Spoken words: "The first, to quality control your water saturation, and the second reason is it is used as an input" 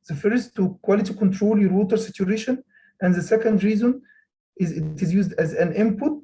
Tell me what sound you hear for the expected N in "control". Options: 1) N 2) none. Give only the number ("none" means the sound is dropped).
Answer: 1